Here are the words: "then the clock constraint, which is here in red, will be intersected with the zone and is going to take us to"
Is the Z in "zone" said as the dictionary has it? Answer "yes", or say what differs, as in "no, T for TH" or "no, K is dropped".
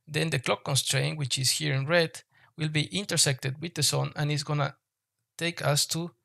no, S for Z